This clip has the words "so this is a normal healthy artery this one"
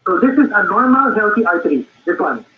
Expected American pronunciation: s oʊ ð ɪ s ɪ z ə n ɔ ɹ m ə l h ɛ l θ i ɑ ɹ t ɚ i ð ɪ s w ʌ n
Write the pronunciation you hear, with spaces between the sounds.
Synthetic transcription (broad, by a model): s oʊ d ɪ s ɪ z ə n ɔ ɹ m ə l h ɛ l t i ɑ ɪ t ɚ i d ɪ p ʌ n